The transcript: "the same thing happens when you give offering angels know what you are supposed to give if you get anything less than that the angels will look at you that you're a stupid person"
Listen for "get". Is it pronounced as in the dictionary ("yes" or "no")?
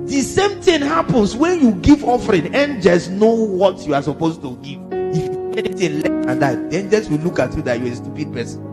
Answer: no